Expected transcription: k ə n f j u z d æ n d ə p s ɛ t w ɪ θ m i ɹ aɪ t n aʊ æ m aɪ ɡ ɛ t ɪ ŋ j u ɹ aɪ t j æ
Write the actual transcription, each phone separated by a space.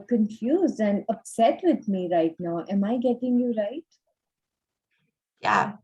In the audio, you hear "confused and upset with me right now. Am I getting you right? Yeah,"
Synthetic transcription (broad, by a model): k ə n f j u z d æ n d ə p s ɛ t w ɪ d m i ɹ aɪ t n aʊ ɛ m aɪ ɡ ɛ t ɪ ŋ j u ɹ aɪ t j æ